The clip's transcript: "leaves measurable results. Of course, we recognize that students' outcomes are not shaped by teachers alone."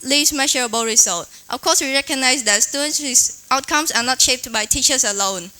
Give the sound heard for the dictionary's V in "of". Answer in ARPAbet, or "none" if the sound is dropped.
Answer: F